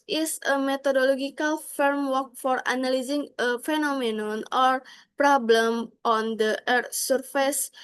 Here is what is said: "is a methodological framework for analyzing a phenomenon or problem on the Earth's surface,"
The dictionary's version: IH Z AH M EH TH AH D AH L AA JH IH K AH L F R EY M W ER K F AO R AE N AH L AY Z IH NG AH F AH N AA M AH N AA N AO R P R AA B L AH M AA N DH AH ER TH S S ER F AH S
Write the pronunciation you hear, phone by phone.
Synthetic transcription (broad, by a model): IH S AH M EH T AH D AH L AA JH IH K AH L F R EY M W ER K F AO R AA N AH L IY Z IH NG AH F AH N AA M AH N AA N AO R P R AA B L AH M AA N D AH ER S S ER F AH S